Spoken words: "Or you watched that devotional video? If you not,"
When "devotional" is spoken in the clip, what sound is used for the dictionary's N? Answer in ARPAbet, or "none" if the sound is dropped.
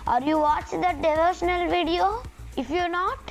N